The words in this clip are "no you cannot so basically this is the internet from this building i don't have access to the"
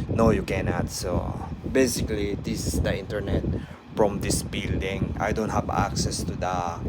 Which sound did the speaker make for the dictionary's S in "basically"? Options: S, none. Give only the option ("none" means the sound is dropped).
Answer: S